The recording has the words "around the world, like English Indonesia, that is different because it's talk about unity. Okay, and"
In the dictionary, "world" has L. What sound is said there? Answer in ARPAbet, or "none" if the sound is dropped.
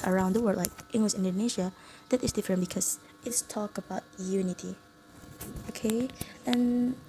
none